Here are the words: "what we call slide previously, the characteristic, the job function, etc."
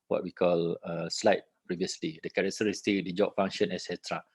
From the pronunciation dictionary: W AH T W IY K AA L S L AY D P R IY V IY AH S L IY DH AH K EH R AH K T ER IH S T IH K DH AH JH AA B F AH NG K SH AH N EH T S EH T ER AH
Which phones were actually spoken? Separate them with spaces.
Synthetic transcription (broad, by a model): W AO T W IY K AA L S L AY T P R IY V IY AH S L IY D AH K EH R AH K T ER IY S T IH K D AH JH AA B F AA NG SH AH N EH S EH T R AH